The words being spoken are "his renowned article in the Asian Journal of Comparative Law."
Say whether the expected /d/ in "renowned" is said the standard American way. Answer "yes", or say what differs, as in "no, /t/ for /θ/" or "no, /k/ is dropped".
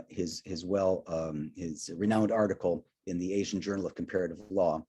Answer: yes